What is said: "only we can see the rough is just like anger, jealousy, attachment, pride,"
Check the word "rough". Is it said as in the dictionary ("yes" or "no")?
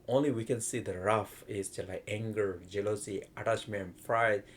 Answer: yes